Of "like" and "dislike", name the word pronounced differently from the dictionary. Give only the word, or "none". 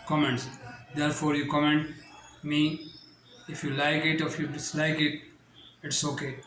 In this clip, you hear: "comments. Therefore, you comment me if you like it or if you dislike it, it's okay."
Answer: none